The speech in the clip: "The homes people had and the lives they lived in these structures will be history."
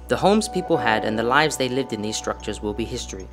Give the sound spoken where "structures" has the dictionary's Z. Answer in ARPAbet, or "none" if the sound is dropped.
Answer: Z